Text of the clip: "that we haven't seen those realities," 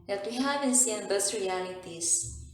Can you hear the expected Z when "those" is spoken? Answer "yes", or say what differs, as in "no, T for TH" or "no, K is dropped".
no, S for Z